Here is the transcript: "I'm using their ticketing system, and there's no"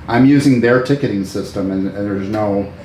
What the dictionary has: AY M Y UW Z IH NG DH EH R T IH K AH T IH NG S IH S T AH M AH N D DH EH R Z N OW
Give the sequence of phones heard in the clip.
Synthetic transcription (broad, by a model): AY M Y UW Z IH NG DH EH R T IH K AH T IH NG S IH S T AH M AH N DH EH R Z N OW